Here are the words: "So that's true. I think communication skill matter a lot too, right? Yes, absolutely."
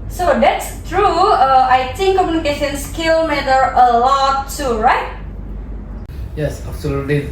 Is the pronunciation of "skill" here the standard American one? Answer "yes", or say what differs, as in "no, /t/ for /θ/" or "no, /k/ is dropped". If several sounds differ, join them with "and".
yes